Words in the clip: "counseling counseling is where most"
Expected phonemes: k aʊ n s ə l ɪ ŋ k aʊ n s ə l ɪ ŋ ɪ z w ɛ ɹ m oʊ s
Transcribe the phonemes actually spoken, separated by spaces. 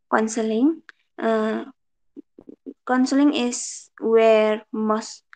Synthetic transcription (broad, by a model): k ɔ n s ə l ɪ ŋ k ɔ n s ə l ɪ ŋ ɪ s w ɛ ɹ m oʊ s